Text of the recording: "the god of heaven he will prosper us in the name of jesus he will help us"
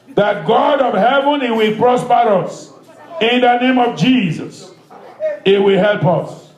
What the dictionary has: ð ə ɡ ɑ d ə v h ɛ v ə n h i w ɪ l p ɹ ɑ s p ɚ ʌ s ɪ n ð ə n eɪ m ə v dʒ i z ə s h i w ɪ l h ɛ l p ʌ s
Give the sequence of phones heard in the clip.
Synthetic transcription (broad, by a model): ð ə ɡ ɑ d ə v h ɛ v ə n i w ɪ l p ɹ ɑ s p ɚ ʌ s ɪ n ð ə n eɪ m ə v dʒ i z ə s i w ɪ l h ɛ l p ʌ s